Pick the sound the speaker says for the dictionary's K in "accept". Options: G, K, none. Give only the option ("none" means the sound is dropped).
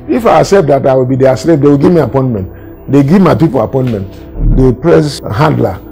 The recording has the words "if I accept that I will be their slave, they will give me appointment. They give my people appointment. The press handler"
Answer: none